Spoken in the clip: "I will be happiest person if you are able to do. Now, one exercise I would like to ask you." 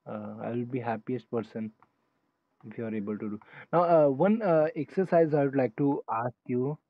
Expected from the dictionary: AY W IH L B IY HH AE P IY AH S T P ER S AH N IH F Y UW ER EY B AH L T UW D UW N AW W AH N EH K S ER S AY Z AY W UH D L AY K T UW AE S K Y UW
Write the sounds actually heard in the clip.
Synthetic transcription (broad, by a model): AY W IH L B IY HH AE P IY AH S T P ER S AH N IH F Y UW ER EY B AH L T UW D UW N AW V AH N EH K S ER S AY Z AY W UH D L AY K T UW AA S K Y UW